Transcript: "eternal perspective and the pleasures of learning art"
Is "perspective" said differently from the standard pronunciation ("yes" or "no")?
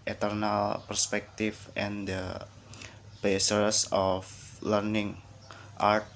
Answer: yes